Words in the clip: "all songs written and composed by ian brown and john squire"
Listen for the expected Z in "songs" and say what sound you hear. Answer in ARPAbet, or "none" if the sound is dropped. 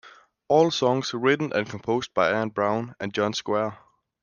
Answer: S